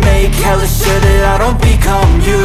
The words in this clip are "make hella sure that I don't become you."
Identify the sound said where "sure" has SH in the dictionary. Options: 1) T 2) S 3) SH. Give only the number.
2